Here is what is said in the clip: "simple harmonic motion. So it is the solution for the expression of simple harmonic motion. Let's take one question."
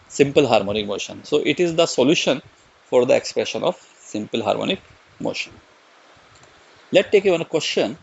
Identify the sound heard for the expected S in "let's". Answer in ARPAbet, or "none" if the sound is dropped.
none